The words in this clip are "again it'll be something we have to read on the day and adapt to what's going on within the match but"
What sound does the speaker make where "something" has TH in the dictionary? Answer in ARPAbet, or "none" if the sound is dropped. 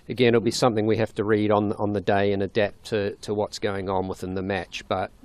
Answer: TH